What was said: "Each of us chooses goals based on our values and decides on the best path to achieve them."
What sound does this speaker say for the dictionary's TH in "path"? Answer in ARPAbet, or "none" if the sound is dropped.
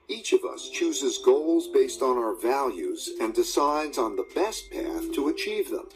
TH